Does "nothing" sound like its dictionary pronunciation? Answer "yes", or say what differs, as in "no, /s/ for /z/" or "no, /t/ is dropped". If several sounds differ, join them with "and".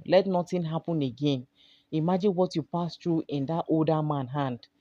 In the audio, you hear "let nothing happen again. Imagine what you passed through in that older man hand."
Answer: no, /t/ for /θ/